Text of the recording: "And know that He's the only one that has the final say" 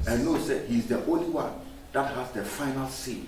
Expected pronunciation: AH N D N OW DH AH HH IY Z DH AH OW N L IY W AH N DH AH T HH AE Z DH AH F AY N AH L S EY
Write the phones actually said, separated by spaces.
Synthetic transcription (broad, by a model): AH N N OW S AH HH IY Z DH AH OW N L IY W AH N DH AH T HH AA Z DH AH F AY N AH L S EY